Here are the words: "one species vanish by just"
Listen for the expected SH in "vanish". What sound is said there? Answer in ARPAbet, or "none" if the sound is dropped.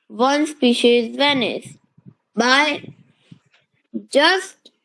S